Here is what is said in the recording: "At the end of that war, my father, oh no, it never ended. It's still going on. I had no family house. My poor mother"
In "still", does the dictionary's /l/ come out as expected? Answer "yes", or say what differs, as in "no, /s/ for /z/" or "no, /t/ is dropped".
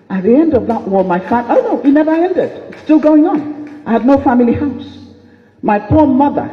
yes